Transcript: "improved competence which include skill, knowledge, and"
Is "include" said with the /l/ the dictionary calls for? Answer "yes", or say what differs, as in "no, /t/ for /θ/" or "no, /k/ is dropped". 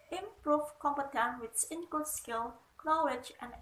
no, /l/ is dropped